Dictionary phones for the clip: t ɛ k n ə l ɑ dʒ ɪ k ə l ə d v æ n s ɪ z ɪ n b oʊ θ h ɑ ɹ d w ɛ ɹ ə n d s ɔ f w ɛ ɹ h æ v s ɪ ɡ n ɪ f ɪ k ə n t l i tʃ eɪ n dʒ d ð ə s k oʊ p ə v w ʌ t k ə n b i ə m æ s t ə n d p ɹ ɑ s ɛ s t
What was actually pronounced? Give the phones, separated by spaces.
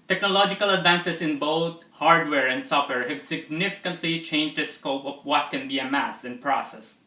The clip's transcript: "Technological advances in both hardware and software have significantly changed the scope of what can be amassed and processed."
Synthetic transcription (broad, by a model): t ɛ k n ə l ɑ dʒ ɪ k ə l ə d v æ n s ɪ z ɪ n b oʊ t h ɑ ɹ d w ɛ ɹ ə n d s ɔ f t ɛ ɹ h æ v s ɪ ɡ n ɪ f ɪ k ə n t l i tʃ eɪ n dʒ d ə s k oʊ p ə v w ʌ t k ə n b i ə m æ s ə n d p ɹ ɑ s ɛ s